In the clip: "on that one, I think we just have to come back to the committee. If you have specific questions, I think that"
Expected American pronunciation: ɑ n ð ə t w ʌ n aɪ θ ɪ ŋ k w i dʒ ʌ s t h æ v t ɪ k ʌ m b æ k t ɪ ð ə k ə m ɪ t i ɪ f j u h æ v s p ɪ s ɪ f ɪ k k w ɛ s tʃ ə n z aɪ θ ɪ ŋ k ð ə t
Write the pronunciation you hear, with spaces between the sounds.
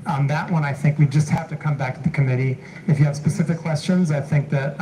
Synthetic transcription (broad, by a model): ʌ n ð ə t w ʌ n aɪ θ ɪ ŋ k w i dʒ ʌ s t h æ f t ɪ k ʌ m b æ k t ɪ ð ə k ə m ɪ t i ɪ f j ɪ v s p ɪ s ɪ f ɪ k k w ɛ s tʃ ə n z aɪ θ ɪ ŋ k ð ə t